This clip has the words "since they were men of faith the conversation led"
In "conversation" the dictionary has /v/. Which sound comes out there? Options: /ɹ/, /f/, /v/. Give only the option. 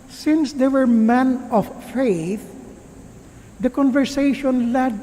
/v/